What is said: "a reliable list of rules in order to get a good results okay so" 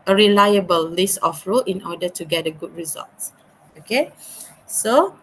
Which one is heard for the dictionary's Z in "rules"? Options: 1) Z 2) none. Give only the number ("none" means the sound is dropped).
2